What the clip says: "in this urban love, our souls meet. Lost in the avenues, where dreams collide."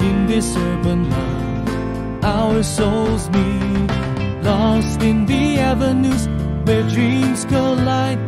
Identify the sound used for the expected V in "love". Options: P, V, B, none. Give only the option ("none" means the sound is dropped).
none